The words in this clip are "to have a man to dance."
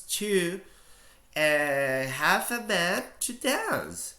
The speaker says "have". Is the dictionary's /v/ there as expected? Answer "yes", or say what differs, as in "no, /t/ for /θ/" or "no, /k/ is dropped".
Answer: no, /f/ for /v/